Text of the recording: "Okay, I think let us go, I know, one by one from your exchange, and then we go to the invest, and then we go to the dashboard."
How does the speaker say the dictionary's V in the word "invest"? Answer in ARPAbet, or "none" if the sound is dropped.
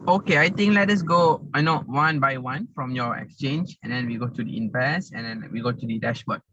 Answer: P